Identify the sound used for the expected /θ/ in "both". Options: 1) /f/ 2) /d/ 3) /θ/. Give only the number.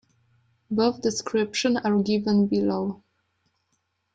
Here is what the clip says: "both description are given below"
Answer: 1